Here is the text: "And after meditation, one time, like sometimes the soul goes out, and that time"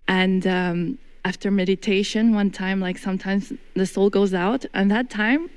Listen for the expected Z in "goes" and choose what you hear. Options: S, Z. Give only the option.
Z